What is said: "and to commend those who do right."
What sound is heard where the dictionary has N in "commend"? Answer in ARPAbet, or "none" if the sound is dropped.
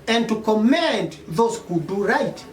N